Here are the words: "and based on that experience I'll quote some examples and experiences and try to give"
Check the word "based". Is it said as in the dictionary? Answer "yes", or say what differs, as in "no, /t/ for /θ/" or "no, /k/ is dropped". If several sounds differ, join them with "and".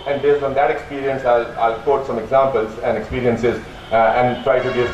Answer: no, /t/ is dropped